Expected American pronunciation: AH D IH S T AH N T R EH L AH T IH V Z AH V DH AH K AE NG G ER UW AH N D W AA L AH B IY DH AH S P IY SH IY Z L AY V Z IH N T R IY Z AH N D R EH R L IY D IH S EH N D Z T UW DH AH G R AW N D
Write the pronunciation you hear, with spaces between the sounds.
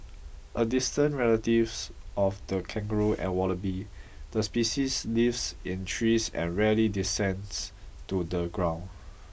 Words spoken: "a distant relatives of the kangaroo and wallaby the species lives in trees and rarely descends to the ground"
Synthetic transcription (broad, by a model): AH D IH S T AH N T R EH L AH T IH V S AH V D AH K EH NG G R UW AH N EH W AA L AH B IY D AH S P IY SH IY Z L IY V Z IH N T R IY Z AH N R EH L IY D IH S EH N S T UW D AH G R AW N